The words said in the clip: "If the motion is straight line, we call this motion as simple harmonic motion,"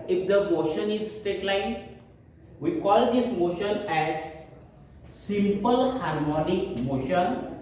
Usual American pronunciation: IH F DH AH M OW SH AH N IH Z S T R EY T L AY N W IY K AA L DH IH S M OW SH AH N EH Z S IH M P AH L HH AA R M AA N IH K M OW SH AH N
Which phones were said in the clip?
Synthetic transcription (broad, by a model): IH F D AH M OW SH AH N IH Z S T EY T L AY N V IY K AA L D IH S M OW SH AH N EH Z S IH M P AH L HH AA R M AA N IH K M OW SH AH N